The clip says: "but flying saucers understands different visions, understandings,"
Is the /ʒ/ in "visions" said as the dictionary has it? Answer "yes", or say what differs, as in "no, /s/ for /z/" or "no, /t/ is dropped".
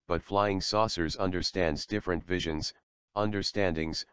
yes